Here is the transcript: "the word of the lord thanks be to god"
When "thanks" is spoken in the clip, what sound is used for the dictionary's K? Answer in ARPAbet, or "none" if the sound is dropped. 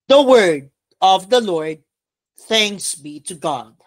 K